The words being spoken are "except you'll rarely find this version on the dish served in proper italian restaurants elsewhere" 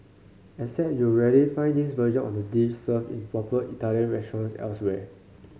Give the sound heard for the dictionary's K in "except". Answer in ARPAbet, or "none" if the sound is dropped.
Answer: none